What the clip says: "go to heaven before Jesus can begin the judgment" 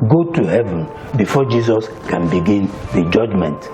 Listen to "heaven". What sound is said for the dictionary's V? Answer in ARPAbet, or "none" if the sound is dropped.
V